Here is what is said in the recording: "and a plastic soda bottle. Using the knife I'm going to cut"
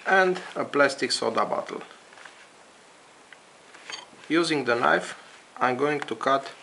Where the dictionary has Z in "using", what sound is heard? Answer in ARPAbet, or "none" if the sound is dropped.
Z